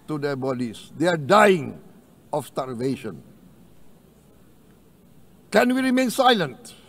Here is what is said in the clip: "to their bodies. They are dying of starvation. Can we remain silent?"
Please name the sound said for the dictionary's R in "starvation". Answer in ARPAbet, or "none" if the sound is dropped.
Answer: L